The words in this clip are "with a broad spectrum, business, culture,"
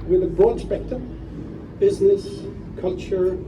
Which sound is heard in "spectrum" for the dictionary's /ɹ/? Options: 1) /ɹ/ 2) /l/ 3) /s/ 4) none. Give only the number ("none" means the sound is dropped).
4